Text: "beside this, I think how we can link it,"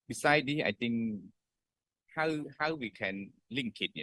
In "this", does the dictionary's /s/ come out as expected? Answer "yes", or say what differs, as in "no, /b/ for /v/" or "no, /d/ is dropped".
no, /s/ is dropped